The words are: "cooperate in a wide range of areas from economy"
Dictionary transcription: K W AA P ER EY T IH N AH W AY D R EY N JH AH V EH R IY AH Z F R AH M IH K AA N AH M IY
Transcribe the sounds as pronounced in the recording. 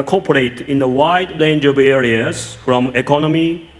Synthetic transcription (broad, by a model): K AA P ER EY T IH N AH W AY D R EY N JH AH B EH R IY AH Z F R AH M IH K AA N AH M IY